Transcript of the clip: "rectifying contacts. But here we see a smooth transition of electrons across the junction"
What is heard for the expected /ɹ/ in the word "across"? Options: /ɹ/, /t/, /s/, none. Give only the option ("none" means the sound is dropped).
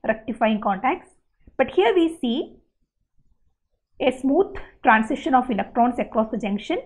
/ɹ/